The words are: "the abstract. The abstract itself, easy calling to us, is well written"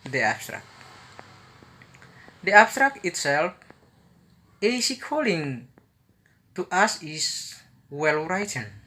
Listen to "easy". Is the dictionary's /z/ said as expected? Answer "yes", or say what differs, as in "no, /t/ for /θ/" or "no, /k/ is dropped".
no, /s/ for /z/